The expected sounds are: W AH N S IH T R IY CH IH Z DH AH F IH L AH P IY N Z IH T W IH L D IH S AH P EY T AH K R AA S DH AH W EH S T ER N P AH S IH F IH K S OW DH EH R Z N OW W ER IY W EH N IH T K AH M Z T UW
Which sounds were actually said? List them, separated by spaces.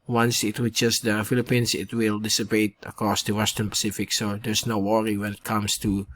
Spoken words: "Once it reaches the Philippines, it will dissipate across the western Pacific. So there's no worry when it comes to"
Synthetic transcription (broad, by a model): W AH N S IH T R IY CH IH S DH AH F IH L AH P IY N S IH T W IH L D IH S AH P EY T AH K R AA S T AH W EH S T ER N P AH S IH F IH K S OW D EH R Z N OW W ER IY W EH N IH T K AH M S T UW